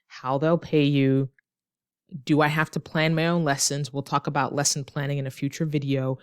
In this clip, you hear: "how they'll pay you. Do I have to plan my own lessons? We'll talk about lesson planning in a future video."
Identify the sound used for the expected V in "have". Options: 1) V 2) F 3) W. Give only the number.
2